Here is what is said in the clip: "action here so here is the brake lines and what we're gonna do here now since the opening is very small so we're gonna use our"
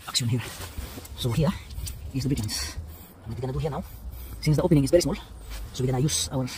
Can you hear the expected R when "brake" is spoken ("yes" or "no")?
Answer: no